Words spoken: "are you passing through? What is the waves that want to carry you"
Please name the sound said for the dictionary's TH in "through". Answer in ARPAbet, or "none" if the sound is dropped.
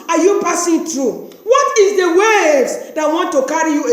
T